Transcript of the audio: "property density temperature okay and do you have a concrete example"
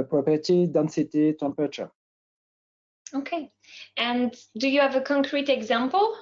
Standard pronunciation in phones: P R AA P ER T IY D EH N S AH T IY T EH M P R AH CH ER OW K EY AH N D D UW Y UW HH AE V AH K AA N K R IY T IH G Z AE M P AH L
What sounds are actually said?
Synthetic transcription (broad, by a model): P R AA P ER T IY D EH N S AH T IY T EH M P AH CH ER OW K EY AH N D D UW Y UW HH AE V AH K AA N K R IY T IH G Z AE M P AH L